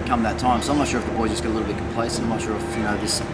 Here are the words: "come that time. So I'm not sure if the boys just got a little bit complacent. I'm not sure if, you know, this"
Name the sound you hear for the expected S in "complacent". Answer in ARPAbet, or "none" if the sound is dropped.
none